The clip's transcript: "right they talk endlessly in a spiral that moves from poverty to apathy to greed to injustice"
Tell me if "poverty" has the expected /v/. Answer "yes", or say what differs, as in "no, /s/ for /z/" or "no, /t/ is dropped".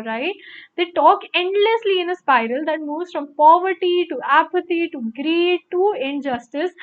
yes